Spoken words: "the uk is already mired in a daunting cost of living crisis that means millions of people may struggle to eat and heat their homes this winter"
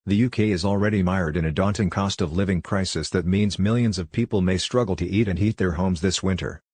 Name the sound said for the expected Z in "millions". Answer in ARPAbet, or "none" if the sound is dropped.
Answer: Z